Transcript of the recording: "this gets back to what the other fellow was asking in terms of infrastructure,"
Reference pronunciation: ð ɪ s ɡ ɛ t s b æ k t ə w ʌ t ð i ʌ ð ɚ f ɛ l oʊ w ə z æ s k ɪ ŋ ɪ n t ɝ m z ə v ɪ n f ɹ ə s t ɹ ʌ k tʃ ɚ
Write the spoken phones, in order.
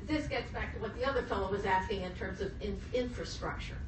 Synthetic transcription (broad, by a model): ð ɪ s ɡ ɛ t s b æ k t ə w ʌ t ð i ʌ ð ɚ f ɛ l oʊ w ə z æ s k ɪ ŋ ɪ n t ɝ m z ə v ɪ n f ɹ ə s t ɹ ʌ k tʃ ɚ